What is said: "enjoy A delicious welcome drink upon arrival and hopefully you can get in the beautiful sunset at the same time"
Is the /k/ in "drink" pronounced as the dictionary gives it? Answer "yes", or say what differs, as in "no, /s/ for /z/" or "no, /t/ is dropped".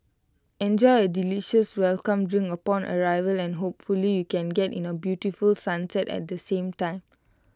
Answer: no, /k/ is dropped